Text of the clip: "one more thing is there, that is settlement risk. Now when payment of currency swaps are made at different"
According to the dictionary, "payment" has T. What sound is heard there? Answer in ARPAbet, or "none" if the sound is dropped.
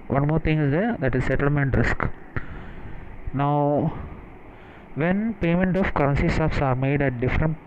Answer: T